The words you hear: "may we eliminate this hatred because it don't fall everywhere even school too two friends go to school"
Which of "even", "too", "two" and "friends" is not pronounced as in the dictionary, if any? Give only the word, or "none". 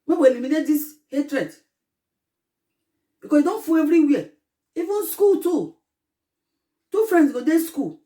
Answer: friends